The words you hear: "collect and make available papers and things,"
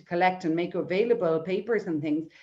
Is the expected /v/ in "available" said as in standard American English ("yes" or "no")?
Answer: yes